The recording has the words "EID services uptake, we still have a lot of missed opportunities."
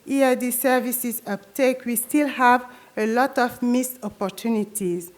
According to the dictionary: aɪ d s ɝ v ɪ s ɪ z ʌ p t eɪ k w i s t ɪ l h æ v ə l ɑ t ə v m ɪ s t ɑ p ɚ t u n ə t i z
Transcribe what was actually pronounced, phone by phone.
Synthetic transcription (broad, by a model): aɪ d s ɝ v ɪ s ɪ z ʌ p t eɪ k w i s t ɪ l h æ v ə l ɑ t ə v m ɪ s ɑ p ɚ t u n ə t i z